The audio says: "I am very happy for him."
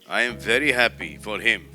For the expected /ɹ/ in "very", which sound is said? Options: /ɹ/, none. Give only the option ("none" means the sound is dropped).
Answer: /ɹ/